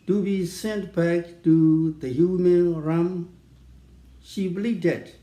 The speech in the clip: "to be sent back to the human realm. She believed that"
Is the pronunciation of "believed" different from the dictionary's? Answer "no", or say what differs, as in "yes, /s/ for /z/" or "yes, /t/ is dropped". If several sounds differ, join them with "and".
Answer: yes, /v/ is dropped